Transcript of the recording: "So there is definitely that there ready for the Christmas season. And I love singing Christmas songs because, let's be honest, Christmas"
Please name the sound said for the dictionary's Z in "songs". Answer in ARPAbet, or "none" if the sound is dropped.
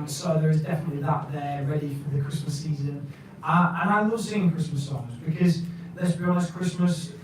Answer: Z